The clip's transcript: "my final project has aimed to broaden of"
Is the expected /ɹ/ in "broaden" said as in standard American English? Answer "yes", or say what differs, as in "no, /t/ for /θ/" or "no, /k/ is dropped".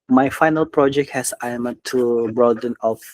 yes